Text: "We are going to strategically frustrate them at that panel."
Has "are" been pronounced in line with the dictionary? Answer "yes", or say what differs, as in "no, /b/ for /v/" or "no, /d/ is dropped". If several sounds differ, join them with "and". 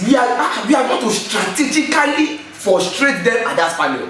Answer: no, /w/ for /ɹ/